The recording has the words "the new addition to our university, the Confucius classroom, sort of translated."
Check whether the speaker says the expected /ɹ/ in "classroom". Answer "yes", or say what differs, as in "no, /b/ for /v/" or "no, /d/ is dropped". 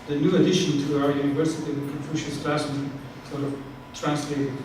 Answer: no, /ɹ/ is dropped